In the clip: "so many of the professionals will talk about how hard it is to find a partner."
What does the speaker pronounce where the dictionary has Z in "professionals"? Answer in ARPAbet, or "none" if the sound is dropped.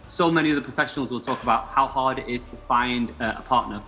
Z